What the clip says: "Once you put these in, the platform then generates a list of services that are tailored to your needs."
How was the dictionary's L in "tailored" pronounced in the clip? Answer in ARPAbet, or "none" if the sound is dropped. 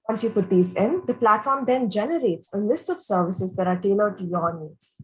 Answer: N